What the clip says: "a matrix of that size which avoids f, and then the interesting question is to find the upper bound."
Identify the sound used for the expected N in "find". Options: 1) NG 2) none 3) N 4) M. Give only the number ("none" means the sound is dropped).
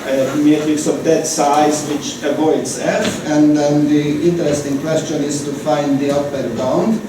3